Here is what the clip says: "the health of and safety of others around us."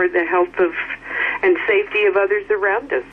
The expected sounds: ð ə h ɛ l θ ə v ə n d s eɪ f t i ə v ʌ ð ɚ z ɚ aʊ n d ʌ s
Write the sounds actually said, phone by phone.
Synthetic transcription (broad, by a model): ð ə h ɛ l θ ə v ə n s eɪ f t i ə v ʌ ð ɚ z ɚ aʊ n d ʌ s